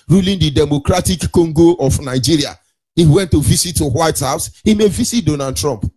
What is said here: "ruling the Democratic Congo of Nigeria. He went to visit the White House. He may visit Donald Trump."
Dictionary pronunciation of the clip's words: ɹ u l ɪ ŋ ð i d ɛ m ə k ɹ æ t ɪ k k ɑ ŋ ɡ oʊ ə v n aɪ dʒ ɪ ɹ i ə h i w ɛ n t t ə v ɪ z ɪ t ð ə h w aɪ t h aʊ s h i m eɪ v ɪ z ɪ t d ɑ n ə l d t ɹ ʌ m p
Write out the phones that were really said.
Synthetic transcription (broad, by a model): ɹ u l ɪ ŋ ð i d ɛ m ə k ɹ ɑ t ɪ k k ɑ ŋ ɡ oʊ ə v n aɪ dʒ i ɹ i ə h i w ɛ n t t ə v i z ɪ t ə h w aɪ t h aʊ s h i m eɪ v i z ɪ t d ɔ n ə d t ɹ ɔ m p